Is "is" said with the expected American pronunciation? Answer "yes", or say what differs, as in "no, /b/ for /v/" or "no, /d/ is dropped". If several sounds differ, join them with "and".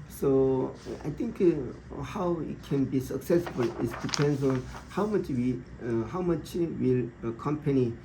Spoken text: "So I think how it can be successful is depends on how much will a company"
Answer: no, /s/ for /z/